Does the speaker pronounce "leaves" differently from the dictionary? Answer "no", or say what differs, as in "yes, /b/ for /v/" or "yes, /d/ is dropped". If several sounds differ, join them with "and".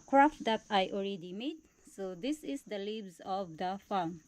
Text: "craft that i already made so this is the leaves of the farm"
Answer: yes, /b/ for /v/